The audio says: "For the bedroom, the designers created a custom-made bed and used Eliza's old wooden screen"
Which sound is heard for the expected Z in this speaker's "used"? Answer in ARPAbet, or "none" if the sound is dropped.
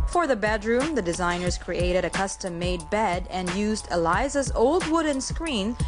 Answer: Z